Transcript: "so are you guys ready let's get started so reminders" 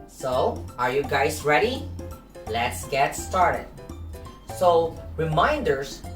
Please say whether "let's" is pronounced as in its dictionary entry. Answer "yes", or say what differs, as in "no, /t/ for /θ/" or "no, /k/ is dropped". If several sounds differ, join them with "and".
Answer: yes